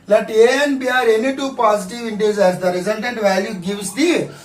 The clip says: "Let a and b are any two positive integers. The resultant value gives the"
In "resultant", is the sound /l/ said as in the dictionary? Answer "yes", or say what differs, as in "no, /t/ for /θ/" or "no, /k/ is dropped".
no, /n/ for /l/